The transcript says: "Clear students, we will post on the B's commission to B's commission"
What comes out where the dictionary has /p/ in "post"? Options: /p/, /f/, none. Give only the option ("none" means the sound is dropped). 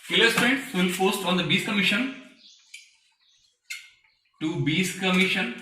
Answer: /f/